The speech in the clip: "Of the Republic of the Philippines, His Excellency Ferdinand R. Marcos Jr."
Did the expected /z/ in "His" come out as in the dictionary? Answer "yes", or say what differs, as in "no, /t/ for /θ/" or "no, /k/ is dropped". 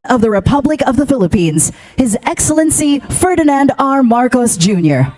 yes